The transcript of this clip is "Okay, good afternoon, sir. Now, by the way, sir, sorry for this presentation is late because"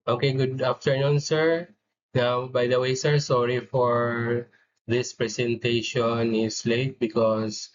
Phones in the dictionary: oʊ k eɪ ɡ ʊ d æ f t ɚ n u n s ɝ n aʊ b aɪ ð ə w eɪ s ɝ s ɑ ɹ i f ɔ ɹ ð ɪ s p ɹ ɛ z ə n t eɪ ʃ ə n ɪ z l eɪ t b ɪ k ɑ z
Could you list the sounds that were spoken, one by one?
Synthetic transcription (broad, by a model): oʊ k eɪ ɡ ʊ d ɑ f t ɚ n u n s ɝ n aʊ b aɪ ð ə w eɪ s ɝ s ɑ ɹ i f ɔ ɹ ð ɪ s p ɹ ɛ s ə n t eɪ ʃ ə n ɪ s l eɪ t b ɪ k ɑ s